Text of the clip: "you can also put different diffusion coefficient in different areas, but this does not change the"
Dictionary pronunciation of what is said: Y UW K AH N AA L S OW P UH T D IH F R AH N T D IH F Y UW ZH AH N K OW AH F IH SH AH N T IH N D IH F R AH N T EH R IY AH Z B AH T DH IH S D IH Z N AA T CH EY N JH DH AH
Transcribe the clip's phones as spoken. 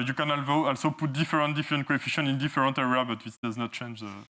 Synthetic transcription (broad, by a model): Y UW K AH N AA L S OW P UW T D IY F R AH N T D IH F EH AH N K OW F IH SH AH N IH N D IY F R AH N T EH R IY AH B AH T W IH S D IH Z N AA T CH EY N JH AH